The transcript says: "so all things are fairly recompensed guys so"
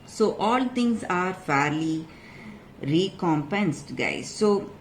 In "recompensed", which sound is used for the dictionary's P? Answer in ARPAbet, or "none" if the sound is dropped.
P